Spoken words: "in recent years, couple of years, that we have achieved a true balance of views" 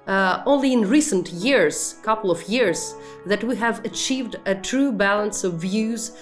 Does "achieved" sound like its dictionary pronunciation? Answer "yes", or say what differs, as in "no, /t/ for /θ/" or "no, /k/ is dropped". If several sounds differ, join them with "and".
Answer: yes